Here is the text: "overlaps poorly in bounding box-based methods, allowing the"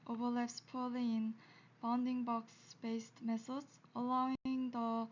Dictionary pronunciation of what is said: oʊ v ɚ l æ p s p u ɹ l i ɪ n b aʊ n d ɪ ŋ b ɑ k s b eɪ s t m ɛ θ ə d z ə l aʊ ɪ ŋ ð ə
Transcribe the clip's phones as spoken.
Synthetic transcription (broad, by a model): oʊ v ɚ l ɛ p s p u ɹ l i ɪ n b aʊ n d ɪ ŋ b ɑ k s b eɪ s t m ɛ s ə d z ə l aʊ ɪ ŋ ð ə